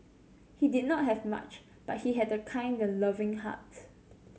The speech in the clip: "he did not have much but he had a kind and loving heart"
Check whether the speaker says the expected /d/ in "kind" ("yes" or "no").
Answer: yes